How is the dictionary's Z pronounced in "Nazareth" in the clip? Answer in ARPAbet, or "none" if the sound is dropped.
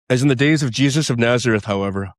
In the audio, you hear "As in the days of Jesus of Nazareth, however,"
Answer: Z